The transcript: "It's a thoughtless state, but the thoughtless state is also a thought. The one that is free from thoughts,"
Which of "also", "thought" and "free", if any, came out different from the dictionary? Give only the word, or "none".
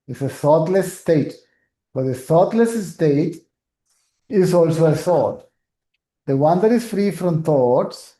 thought